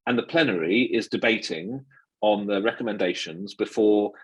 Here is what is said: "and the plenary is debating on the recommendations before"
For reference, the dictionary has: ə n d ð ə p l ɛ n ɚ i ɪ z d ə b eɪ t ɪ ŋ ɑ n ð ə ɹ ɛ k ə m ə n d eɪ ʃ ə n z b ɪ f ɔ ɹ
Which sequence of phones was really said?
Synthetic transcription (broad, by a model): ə n ð ə p l ɛ n ɚ i ɪ z d ə b eɪ t ɪ ŋ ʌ n ð ə ɹ ɛ k ə m ə n d eɪ ʃ ə n z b ɪ f ɔ